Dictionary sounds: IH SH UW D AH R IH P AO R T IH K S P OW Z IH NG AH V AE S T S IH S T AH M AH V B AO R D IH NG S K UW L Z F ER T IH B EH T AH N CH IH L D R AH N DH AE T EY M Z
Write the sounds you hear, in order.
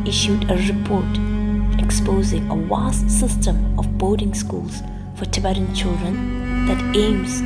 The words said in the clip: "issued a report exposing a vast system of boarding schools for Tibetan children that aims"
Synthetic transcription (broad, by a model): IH SH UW D AH R IH P AO R T IH K S P OW Z IH NG AH W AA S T S IH S T AH M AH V B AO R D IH NG S K UW L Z F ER T IH B EH T AH N CH IH L D R AH N DH AE T EY M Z